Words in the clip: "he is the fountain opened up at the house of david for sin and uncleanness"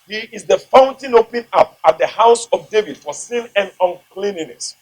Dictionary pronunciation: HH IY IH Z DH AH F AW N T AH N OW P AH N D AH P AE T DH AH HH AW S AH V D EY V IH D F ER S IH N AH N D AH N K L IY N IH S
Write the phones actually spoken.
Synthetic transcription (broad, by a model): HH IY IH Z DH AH F AW N T AH N OW P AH N AH P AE T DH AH HH AW S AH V D EY V IH D F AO S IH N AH N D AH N K L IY N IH S